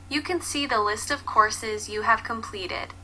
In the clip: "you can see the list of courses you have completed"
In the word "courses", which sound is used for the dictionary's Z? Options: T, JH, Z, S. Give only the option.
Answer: Z